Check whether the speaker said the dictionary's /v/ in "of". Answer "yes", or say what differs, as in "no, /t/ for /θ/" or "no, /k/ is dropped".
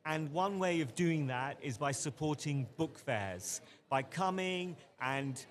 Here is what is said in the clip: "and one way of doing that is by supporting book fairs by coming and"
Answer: yes